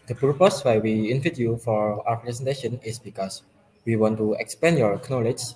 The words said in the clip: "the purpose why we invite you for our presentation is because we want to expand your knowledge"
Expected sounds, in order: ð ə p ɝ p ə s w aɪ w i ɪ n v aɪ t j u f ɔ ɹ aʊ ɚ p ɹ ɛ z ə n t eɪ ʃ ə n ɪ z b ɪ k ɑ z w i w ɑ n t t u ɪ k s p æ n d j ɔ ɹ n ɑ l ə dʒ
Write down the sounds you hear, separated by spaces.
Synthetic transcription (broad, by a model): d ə p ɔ p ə s w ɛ w i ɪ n f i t j u f ɔ ɹ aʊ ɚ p ɹ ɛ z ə n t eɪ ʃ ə n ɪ s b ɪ k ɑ s w i w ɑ n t t u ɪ k s p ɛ n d j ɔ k n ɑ l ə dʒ